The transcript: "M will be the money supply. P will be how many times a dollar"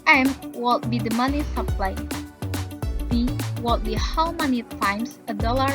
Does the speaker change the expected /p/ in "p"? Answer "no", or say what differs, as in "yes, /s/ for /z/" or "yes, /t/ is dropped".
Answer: yes, /b/ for /p/